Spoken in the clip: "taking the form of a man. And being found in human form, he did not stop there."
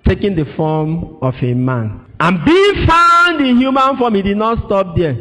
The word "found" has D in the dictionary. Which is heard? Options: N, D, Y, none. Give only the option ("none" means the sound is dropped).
D